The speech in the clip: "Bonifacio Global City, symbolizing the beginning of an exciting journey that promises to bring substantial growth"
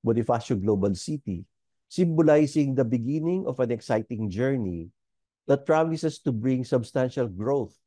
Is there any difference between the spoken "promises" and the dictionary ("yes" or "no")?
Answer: yes